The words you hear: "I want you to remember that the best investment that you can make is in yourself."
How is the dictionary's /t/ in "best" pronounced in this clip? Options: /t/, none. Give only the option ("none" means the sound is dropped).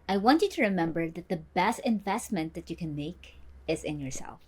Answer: /t/